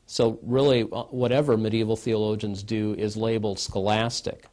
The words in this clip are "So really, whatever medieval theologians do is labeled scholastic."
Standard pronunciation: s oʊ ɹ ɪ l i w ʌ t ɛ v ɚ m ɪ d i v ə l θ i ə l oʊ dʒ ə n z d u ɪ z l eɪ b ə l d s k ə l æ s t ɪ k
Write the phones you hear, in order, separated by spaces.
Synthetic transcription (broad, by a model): s oʊ ɹ ɪ l i w ʌ t ɛ v ɚ m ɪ d i v l θ i ə l oʊ dʒ ə n z d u ɪ z l eɪ b l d s k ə l æ s t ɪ k